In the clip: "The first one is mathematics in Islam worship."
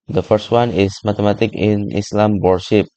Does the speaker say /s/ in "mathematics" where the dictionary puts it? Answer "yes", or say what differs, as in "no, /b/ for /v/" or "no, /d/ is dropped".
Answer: no, /s/ is dropped